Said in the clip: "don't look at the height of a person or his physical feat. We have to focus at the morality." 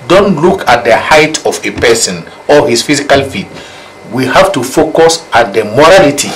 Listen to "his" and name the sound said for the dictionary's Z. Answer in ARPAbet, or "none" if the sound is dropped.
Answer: S